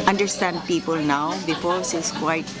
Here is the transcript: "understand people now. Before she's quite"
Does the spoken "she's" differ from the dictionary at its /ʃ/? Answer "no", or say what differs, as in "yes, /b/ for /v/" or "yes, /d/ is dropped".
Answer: yes, /s/ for /ʃ/